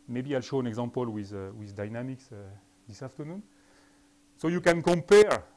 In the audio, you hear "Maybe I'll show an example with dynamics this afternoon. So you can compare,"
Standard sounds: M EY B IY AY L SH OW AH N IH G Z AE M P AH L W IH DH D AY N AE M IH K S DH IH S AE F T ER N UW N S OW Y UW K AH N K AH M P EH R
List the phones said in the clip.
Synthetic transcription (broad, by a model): M EY B IY AY L SH OW AH N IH G Z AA M P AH L W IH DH D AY N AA M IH K S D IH S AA F T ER N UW N S OW Y UW K AH N K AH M P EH R